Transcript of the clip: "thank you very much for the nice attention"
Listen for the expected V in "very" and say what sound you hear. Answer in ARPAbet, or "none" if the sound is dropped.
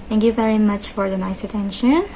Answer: V